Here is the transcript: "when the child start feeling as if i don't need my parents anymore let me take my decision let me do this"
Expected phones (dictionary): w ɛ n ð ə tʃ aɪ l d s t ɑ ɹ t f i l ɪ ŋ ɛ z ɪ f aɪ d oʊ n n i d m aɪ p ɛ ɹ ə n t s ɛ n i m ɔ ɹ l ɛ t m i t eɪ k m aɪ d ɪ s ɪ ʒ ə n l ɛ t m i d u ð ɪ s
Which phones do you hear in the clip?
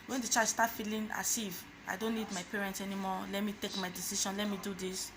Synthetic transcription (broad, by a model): w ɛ n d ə tʃ aɪ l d s t ɑ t f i l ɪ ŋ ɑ s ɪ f aɪ d oʊ n n i d m aɪ p ɛ ɹ ə n t s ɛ n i m ɔ l ɛ t m i t eɪ k m aɪ d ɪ s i ʃ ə n l ɛ t m i d u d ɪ s